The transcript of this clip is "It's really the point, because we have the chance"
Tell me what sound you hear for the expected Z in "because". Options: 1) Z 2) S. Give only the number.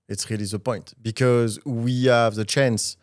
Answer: 1